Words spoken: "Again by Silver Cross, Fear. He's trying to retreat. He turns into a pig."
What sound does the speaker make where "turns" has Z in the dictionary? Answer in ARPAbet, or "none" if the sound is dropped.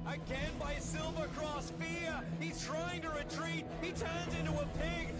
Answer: Z